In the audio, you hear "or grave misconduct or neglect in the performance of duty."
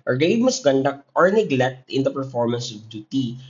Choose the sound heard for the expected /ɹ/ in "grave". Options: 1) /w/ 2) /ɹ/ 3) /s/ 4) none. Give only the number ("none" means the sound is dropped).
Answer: 4